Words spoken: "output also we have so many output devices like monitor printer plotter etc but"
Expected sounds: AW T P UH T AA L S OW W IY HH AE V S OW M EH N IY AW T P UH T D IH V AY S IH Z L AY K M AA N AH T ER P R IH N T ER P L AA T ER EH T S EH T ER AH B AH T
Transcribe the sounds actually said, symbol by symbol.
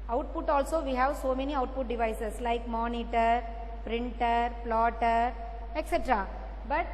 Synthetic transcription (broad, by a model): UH T P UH T AA L S OW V IY HH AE V S OW M EH N IY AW T P UH T D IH V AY S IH S L AY K M AA N AH T ER P R IH N T ER P L AA T ER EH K S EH T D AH B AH T